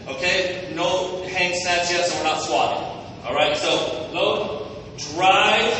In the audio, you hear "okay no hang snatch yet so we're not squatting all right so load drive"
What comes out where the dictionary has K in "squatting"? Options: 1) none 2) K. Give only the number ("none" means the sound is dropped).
1